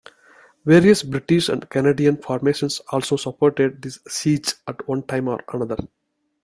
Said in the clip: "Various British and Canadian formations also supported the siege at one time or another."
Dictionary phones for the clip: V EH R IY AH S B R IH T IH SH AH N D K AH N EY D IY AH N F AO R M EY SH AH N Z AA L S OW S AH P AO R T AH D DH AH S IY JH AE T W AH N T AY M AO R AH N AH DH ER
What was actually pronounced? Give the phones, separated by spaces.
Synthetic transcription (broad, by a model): V EH R IY AH S B R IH T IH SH AH N D K AH N EY D IY AH N F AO R M EY SH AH N S AA L S OW S AH P AO R T AH D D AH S IY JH AE T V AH N T AY M AO R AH N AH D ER